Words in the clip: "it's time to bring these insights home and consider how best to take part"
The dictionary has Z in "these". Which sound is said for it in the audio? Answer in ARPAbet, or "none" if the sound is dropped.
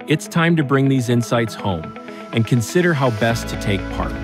Z